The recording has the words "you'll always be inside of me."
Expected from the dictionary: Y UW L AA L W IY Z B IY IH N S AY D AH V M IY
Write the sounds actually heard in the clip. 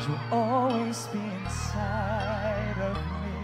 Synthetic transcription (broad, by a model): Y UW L AA L W IY Z B IY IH N S AY D AH V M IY